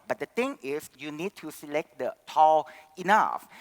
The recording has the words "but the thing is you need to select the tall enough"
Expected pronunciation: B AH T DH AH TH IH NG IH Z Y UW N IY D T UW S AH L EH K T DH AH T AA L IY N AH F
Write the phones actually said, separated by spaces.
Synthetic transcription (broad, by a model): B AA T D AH T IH NG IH S Y UW N IY D T UW S AH L EH K T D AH T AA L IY N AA F